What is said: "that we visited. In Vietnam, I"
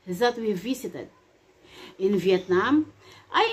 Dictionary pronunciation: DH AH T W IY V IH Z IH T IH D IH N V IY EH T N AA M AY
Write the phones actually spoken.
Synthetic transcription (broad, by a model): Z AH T W IY V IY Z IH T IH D IH N V IY EH T N AA M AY